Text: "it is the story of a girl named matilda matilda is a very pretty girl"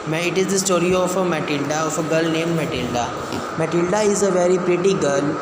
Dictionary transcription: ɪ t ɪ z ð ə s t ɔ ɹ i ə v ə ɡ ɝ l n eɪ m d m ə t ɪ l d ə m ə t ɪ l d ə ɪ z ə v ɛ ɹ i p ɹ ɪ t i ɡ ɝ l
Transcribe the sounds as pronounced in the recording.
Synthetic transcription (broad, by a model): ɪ t ɪ z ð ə s t ɔ ɹ i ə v ə ɡ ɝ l n eɪ m d m ə t ɪ l d ə m ə t ɪ l d ə ɪ z ə v ɛ ɹ i p ɹ ɪ t i ɡ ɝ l